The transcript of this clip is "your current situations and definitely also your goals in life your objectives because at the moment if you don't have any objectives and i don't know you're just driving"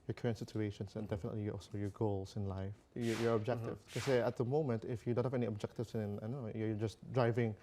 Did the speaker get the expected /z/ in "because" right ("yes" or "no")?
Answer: no